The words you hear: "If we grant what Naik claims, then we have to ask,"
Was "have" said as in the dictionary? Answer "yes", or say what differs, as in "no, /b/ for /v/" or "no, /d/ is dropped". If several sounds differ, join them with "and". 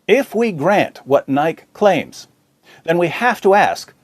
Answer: no, /f/ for /v/